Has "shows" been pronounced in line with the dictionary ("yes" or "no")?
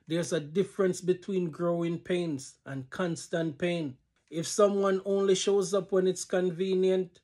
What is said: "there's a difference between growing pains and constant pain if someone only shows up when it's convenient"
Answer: yes